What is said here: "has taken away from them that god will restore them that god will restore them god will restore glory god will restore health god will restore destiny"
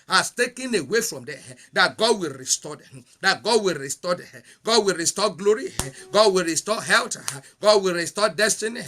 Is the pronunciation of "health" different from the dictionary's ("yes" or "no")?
yes